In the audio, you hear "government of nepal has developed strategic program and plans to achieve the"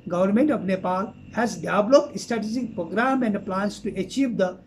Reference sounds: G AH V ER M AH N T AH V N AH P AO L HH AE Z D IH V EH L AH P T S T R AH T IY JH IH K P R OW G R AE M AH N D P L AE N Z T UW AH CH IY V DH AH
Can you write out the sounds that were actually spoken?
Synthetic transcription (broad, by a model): G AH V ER M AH N T AH V N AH P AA L HH AE Z D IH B L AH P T S T AH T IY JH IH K P R OW G R AE M AH N D P L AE N S T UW AH CH IY V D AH